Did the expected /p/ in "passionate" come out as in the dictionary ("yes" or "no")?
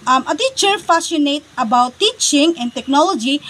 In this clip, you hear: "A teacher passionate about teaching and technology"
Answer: no